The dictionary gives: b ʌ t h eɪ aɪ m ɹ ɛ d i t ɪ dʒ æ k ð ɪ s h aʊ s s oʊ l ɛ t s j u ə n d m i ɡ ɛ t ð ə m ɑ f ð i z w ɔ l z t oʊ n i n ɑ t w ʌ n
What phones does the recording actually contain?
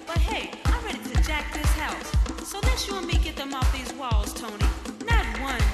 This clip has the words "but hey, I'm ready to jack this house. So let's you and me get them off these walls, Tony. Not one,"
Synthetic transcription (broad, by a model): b ʌ t h eɪ aɪ m ɹ ɛ d i t ɪ dʒ æ k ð ɪ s h aʊ s s oʊ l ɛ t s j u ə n m i ɡ ɛ t ð ə m ɑ f ð i z w ɔ l z t oʊ n i n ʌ t w ʌ n